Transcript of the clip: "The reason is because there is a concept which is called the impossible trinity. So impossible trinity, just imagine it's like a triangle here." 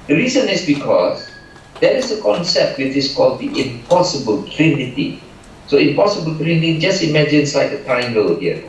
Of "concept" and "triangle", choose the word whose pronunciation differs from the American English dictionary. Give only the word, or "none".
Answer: triangle